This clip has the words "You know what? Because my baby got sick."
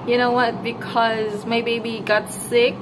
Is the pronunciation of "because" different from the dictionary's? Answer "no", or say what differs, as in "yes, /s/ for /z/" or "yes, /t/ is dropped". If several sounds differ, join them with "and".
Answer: no